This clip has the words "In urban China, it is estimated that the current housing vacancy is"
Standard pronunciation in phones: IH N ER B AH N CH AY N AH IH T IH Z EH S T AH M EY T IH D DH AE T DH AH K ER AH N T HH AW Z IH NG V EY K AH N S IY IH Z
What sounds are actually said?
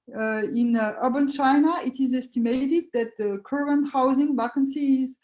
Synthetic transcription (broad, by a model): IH N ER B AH N CH AY N AH IH T IH Z EH S T AH M EY T IH D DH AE T DH AH K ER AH N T HH AW Z IH NG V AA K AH N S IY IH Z